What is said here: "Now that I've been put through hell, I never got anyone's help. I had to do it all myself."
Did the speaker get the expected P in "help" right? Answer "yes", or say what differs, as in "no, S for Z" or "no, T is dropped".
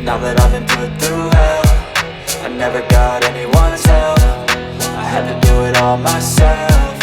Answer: no, F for P